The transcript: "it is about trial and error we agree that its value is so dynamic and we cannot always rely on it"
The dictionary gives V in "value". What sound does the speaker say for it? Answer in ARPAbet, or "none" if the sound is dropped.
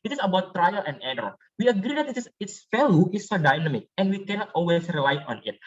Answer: F